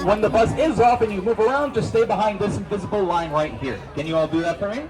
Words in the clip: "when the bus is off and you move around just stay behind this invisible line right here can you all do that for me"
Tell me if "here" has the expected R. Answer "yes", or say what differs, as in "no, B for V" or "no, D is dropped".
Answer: yes